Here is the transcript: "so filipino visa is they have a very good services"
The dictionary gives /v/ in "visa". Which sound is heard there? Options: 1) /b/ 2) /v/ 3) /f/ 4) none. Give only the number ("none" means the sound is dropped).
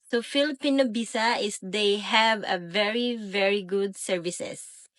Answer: 1